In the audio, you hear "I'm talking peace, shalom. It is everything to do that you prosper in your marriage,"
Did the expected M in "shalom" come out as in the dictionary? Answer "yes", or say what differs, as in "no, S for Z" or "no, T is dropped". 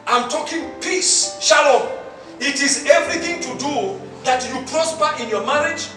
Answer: no, M is dropped